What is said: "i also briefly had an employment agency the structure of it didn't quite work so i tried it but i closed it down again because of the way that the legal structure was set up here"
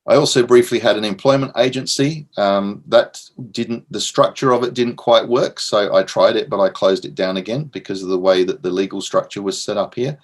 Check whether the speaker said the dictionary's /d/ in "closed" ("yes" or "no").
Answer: yes